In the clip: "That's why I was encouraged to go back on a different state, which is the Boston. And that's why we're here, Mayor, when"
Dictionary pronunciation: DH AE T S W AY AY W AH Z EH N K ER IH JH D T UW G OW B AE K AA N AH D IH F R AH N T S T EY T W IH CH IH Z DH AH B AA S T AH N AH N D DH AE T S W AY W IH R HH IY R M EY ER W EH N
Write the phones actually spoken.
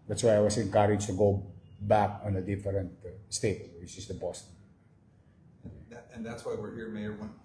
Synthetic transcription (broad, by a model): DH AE T S W AY AY W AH S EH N K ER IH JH T UW G OW B AE K AA N AH D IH F R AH N T S T EY T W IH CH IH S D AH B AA S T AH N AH N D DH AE T S W AY W IH R HH IY R M EY ER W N